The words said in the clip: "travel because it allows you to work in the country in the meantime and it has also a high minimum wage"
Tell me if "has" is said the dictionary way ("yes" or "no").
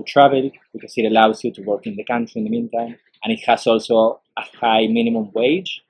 no